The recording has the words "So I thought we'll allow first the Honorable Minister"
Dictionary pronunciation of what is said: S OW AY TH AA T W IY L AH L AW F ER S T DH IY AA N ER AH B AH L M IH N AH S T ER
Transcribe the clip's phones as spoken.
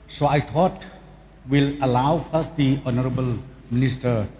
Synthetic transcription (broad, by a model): S OW AY T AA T W IY L AH L AW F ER S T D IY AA N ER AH B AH L M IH N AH S T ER